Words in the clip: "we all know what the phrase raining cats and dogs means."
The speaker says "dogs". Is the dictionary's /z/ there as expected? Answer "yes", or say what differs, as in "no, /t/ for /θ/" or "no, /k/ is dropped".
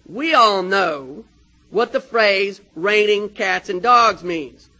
yes